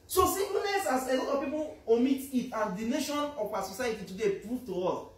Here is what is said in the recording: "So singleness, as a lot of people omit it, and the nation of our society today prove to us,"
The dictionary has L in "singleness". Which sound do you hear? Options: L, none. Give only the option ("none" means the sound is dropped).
none